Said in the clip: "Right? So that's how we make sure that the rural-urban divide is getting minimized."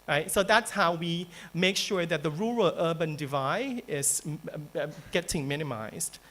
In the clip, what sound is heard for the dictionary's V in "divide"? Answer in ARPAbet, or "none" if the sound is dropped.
V